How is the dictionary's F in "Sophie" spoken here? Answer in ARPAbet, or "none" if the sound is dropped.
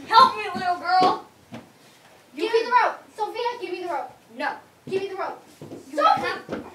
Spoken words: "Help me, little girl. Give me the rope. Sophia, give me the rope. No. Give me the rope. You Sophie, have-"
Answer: none